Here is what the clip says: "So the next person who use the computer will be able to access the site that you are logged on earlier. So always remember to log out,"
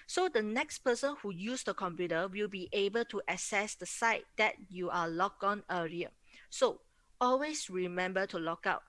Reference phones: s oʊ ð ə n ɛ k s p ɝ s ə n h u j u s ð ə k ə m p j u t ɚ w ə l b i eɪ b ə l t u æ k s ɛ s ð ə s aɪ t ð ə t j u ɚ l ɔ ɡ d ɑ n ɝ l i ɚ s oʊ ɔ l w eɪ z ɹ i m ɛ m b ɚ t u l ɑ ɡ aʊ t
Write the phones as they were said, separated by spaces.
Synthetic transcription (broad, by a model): s oʊ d ə n ɛ k s p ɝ s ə n h u j u s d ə k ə m p j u t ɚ w ə l b i eɪ b ə l t u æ s ɛ s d ə s aɪ t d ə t j u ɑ l ɔ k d ɑ n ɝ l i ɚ s oʊ ɔ l w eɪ s ɹ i m ɛ m b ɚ t u l ɑ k aʊ t